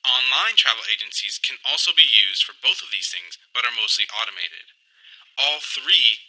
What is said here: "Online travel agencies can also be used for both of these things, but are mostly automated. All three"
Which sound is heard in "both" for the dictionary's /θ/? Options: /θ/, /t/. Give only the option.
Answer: /θ/